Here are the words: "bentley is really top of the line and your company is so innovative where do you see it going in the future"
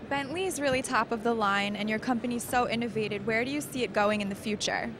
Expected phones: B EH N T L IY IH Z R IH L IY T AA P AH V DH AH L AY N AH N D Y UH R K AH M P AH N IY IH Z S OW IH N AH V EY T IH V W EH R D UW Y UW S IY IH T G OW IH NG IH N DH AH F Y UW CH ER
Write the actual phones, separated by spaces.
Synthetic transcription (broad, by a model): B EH N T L IY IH Z R IH L IY T AA P AH V DH AH L AY N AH N Y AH R K AH M P AH N IY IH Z S OW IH N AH V EY T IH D W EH R D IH Y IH S IY IH T G OW IH NG IH N DH AH F Y UW CH ER